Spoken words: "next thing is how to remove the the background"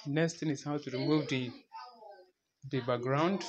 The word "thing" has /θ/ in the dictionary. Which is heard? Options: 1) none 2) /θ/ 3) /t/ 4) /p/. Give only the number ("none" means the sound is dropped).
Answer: 3